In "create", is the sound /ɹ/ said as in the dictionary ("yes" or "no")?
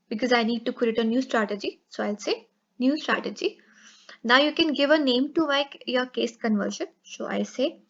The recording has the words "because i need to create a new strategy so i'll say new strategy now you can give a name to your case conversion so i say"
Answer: no